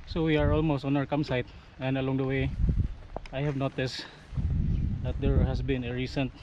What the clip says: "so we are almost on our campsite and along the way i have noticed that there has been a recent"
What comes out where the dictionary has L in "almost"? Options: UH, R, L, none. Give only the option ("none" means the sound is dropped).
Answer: L